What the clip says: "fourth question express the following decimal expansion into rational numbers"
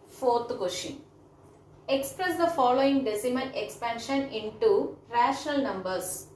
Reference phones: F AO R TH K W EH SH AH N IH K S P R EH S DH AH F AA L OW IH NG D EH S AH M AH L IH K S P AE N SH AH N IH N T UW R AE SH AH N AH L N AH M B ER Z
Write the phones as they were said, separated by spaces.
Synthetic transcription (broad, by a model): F AO R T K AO SH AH IH K S P R EH S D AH F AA L OW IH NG D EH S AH M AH N IH K S P AE N SH AH N IH N T UW R AE SH AH N AH L N AH M B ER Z